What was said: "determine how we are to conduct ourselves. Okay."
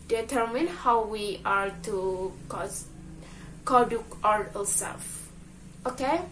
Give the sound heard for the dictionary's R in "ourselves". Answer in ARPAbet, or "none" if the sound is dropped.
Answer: L